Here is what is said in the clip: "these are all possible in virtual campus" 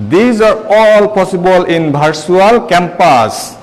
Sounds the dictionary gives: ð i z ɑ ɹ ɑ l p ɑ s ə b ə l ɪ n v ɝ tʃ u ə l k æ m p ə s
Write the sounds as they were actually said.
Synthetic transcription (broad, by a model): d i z ɑ ɹ ɑ l p ɑ s ə b ə l ɪ n b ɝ s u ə l k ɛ m p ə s